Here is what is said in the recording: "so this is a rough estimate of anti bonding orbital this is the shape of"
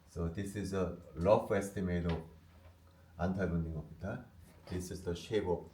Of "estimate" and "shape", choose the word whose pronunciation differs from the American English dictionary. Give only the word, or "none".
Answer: shape